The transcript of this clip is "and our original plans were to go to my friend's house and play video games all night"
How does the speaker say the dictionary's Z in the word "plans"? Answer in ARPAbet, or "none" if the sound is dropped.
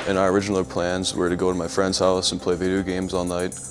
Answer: Z